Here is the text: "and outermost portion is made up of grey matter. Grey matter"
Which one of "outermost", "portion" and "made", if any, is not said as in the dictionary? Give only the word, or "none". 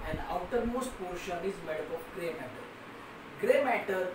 none